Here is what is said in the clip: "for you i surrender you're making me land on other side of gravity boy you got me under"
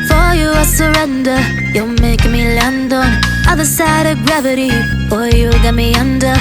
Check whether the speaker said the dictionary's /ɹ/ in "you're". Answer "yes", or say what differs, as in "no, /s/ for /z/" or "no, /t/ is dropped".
no, /l/ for /ɹ/